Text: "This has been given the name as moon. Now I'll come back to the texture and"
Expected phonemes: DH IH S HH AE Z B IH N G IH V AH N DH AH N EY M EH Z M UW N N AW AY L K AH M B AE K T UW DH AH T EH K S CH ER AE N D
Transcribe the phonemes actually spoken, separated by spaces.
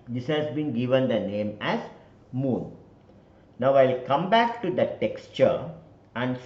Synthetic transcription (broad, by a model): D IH S HH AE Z B IH N G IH V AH N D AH N EY M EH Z M UW N N AW AY L K AH M B AE K T UW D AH T EH K S CH ER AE N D